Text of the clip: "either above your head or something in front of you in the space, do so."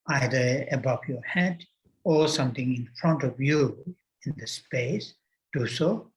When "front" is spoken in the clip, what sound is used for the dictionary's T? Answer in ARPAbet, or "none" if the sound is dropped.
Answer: T